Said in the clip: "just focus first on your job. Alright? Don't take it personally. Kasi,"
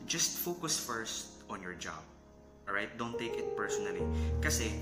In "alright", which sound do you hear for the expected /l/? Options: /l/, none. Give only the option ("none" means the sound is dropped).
none